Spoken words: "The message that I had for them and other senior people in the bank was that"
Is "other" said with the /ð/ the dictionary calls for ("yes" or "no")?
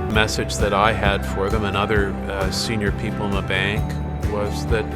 yes